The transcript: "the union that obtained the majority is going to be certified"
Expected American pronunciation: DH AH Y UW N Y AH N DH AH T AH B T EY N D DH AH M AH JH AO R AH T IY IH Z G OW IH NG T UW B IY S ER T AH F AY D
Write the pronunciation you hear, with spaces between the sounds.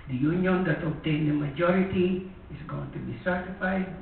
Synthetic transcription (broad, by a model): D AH Y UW N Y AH N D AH T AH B T EY N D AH M AH JH AO R AH T IY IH S G OW IH NG T UW B IY S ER T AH F AY D